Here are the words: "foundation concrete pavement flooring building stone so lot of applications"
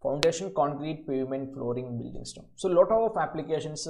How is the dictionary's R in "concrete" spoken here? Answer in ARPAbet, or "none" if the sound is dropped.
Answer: R